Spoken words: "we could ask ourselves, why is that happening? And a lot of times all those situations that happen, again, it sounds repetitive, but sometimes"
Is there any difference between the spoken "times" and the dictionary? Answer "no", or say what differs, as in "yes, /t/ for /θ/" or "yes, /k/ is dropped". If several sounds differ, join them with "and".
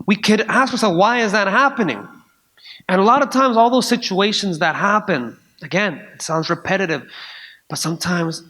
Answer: no